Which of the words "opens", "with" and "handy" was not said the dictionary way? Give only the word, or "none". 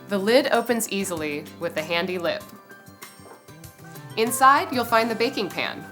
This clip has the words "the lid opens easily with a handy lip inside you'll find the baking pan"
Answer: none